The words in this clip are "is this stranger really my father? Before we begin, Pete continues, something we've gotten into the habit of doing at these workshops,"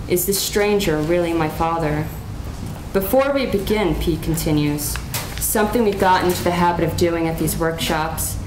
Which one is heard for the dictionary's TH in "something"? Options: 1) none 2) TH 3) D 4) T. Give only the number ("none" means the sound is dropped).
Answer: 2